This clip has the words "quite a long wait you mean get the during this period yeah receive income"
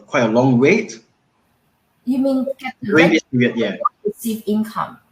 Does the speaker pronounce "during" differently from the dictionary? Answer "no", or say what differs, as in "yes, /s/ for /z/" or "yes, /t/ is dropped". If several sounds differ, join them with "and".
yes, /ɹ/ is dropped